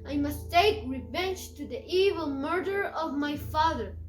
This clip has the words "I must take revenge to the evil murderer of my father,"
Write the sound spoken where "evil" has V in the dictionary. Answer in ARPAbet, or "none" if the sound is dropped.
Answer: V